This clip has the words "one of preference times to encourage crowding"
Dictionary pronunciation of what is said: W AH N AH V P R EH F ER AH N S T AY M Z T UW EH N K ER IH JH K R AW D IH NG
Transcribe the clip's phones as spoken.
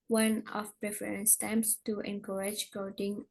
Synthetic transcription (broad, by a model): W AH N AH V P R EH F ER AH N S T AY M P T UW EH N K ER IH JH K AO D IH NG